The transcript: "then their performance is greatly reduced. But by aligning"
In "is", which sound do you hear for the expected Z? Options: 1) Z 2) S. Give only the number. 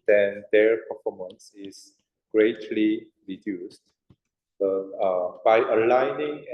2